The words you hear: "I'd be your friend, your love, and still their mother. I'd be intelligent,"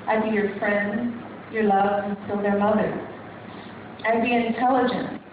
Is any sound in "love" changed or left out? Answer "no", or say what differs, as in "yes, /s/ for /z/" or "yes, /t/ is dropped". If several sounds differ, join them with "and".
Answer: no